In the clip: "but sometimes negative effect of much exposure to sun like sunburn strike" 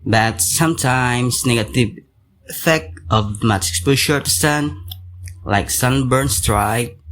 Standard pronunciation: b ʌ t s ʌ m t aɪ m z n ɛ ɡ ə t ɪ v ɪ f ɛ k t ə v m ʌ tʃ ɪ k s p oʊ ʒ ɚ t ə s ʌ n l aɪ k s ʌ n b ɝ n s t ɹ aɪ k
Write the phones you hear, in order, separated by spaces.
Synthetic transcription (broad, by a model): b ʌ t s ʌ m t aɪ m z n ɛ ɡ ə t ɪ v ɪ f ɛ k t ə v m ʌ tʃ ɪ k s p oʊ ʃ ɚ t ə s ʌ n l aɪ k s ʌ n b ɝ n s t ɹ aɪ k